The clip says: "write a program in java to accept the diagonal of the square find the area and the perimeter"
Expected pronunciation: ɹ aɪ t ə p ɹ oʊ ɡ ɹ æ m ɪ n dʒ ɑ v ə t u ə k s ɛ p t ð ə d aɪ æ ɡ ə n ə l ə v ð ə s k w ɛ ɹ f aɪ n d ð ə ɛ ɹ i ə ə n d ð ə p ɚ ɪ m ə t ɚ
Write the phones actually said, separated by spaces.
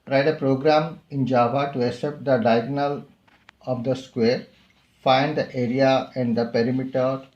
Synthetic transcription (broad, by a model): ɹ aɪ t ə p ɹ oʊ ɡ ɹ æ m ɪ n dʒ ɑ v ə t u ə s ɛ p t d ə d aɪ ɡ n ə l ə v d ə s k w ɛ ɹ f aɪ n d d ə ɛ ɹ i ə ə n d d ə p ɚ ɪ m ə t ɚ